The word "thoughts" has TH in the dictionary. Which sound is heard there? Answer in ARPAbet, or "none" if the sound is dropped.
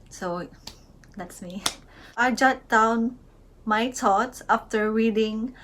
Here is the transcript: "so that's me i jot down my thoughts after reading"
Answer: T